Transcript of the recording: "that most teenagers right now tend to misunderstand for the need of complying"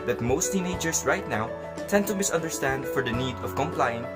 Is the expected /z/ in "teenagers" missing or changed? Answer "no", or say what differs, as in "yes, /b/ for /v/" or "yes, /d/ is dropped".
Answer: yes, /s/ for /z/